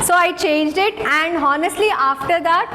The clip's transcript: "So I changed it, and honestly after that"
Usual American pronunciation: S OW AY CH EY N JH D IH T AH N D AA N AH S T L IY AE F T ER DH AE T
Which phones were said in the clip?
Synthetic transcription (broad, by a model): S OW AY CH EY N JH D IH T AH N D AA N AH S T L IY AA F T ER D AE T